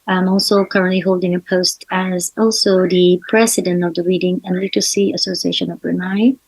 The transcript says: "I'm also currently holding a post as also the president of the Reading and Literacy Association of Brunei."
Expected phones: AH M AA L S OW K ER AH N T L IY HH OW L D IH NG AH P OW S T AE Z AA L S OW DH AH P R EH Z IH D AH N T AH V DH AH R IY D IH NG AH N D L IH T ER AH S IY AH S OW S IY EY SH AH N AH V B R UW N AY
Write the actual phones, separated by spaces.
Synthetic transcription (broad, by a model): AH M AA L S OW K ER AH N T L IY HH OW L D IH NG AH P OW S T AE Z AA L S OW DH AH P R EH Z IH D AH N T AH V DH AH R IY D IH NG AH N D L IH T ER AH S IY AH S OW S IY EY SH AH N AH V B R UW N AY